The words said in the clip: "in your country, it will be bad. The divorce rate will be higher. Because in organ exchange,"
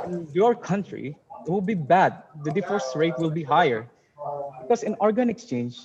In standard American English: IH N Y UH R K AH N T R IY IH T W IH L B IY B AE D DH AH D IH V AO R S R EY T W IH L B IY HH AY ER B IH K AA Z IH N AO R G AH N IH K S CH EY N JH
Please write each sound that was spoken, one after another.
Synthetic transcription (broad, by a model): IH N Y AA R K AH N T R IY IH T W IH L B IY B AE D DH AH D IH F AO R S R EY T W IH L B IY HH AY ER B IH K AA S IH N AO R G AH N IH K S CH EY N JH